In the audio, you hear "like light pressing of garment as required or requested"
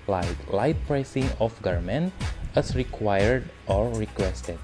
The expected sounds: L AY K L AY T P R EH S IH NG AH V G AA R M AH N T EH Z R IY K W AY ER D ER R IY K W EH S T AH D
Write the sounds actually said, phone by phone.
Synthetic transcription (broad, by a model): L AY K L AY T P R EH S IH NG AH F G AA R M AH N T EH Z R IY K W AY ER D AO R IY K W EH S T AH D